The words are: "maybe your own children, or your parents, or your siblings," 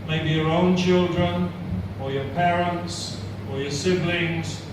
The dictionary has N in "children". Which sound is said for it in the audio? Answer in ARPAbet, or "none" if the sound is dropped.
N